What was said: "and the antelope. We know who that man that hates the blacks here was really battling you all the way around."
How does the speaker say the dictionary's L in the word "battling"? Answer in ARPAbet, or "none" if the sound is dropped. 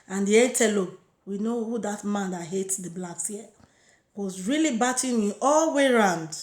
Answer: none